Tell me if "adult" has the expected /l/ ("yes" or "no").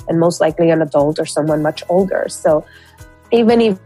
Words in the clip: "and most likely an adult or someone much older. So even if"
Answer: yes